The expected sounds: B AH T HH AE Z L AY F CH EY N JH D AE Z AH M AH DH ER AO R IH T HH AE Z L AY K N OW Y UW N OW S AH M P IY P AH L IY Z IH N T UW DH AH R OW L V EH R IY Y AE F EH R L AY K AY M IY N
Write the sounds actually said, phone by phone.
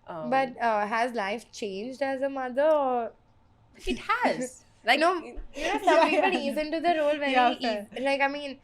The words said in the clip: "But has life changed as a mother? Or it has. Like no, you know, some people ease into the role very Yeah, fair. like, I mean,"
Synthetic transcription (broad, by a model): B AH T HH AE Z L AY F CH EY N JH D AE Z AH M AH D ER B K IH T HH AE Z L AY N OW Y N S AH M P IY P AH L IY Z IH N T UW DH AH R OW L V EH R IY L AY K AY M IY N